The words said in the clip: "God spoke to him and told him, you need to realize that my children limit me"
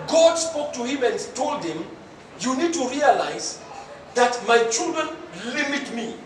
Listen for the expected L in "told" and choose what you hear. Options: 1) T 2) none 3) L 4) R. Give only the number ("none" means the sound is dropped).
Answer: 3